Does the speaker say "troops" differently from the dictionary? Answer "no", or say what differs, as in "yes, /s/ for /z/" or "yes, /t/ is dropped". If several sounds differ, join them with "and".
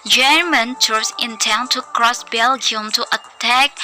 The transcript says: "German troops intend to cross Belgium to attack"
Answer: yes, /p/ is dropped